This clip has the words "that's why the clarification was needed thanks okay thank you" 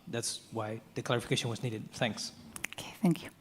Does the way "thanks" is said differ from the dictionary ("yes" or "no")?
no